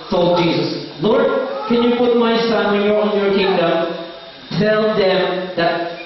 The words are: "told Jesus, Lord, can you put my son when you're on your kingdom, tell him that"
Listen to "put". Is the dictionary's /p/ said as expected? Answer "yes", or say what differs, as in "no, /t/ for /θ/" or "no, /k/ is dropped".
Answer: yes